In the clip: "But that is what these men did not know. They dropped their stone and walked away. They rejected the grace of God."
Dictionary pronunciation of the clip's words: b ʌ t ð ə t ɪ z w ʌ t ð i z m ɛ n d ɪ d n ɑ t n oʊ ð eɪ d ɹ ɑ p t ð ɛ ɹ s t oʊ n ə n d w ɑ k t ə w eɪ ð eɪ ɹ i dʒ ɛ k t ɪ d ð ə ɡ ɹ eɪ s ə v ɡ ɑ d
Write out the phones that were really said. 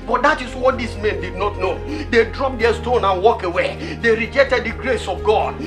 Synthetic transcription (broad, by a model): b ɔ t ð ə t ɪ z w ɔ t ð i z m ɛ n d ɪ d n ɑ t n oʊ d eɪ d ɹ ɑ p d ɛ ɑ s t oʊ n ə n w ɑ k ə w eɪ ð eɪ ɹ i dʒ ɛ k t ɪ d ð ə ɡ ɹ eɪ s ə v ɡ ɑ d